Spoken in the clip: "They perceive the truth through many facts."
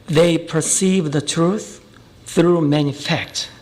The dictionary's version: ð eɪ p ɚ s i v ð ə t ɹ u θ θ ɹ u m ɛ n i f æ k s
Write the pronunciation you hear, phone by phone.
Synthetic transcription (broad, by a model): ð eɪ p ɚ s i v ð ə t ɹ u θ θ ɹ u m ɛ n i f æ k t